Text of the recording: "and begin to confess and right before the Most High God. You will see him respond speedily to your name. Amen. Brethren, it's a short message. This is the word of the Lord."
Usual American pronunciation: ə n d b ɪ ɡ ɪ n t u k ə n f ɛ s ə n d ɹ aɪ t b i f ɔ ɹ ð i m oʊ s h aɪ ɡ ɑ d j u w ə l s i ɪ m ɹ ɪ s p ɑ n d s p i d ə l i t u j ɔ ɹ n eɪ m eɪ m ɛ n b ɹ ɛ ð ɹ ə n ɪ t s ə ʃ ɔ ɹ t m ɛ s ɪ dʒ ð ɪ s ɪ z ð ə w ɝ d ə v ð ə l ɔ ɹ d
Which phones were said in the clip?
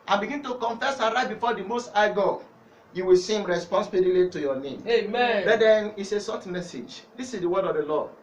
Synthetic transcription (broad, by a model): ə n b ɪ ɡ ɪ n t u k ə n f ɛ s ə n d ɹ aɪ t b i f ɔ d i m oʊ s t aɪ ɡ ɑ j u w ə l s i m ɹ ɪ s p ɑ n s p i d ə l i t u j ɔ n eɪ m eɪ m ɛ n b ɛ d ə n ɪ t s ə s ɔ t m ɛ s ɪ dʒ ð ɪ s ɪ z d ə w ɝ d ə v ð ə l ɔ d